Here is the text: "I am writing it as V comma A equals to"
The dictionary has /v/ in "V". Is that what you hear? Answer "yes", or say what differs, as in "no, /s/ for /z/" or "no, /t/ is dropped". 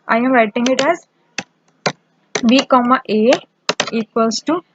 no, /b/ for /v/